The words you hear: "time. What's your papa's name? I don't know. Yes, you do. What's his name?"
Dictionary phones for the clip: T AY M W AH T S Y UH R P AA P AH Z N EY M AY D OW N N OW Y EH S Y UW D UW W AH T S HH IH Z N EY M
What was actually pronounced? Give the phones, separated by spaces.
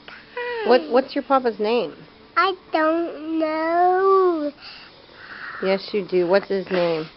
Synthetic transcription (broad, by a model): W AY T W AH T S Y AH R P AA P AH Z N EY M AY D OW N N OW Y EH S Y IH D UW W AH T S HH IH Z N EY M